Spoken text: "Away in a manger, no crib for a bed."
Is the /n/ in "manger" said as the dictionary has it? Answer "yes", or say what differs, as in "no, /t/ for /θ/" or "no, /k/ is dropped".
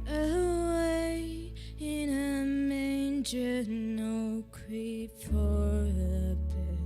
yes